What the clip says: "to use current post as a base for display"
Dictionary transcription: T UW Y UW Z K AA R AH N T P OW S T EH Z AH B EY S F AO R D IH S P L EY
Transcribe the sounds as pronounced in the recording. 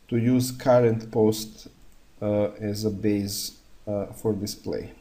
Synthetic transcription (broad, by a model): T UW Y UW Z K AA R AH N T P OW S T EH Z AH B EY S F AO R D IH S P L EY